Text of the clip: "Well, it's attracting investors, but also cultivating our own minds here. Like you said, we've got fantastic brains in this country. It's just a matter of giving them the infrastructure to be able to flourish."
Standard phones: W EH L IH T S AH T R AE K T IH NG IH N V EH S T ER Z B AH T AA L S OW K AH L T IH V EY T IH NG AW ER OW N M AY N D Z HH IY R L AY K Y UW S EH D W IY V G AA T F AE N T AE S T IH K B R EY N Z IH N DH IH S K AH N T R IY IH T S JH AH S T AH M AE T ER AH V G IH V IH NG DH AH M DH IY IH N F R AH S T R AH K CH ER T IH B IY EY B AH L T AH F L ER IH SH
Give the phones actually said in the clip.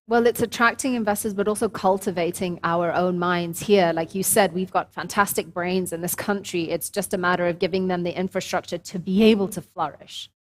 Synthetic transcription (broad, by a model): W EH L IH T S AH T R AE K T IH NG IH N V EH S T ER Z B AH T AA L S OW K AH L T IH V EY T IH NG AW ER OW N M AY N D Z HH IY R L AY K Y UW S EH D W IY V G AA T F AE N T AE S T IH K B R EY N Z IH N DH IH S K AH N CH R IY IH T S JH AH S T AH M AE T ER AH V G IH V IH NG DH AH M DH IY IH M F R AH S T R AH K CH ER T IH B IY EY B AH L T AH F L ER IH SH